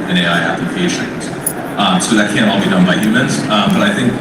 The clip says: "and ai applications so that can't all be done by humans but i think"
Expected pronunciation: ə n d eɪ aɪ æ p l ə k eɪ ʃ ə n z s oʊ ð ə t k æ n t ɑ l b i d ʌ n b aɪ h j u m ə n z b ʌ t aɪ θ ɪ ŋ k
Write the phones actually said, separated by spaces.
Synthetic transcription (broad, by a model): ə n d eɪ aɪ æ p ə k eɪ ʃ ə z s oʊ ð ə t k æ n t ɑ l b i d ʌ n b aɪ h j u m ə n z b ʌ t aɪ θ ɪ ŋ k